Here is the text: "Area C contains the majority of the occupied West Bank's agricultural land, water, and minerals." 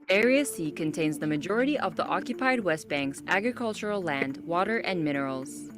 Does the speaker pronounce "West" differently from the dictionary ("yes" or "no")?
no